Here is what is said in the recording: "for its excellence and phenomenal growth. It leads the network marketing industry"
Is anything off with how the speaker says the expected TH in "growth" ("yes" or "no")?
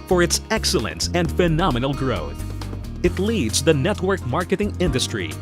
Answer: no